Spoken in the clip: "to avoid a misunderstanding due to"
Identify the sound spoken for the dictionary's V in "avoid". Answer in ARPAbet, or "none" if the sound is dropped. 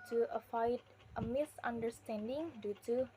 F